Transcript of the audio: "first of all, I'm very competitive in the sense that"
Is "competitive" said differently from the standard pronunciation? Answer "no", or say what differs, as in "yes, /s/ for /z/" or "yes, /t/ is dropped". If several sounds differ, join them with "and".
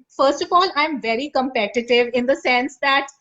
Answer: no